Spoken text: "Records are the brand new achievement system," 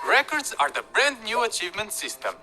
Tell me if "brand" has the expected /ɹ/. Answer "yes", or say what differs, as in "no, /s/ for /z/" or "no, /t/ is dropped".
yes